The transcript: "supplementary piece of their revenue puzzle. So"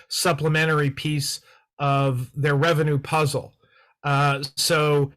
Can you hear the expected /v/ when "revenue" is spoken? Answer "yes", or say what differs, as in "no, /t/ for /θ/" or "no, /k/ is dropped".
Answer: yes